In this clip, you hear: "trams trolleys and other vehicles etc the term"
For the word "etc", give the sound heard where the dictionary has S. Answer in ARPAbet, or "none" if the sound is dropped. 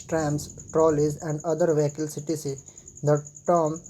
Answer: none